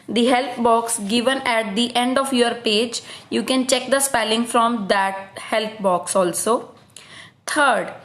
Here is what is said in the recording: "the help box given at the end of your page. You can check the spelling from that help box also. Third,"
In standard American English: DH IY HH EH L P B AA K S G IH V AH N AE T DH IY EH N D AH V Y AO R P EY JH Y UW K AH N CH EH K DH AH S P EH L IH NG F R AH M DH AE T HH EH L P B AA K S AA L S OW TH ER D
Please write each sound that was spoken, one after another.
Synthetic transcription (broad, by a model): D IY HH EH L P B AA K S G IH V AH N AE T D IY EH N D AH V Y AO R P EY JH Y UW K AH N CH EH K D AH S P EH L IH NG F R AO M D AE T HH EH L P B AA K S AA L S OW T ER D